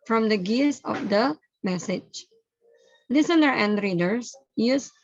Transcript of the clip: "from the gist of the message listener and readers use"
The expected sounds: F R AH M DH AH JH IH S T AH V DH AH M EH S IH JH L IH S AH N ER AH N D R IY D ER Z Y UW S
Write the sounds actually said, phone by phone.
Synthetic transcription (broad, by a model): F R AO M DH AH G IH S AH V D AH M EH S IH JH L IH S AH N ER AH N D R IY D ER S Y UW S